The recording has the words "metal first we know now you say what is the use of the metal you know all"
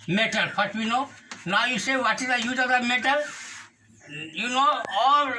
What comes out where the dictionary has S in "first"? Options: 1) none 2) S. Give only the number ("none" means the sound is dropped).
1